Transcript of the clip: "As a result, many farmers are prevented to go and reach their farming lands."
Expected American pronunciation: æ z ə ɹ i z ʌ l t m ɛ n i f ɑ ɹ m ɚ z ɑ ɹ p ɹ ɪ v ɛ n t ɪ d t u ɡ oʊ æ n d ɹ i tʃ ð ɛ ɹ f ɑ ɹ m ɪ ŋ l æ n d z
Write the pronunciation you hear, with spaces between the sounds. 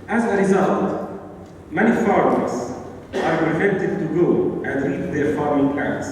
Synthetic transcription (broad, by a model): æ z ə ɹ i z ʌ l t m ɛ n i f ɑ ɹ m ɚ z ɑ ɹ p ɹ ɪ f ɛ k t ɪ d t u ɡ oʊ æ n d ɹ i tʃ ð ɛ ɹ f ɑ ɹ m ɪ ŋ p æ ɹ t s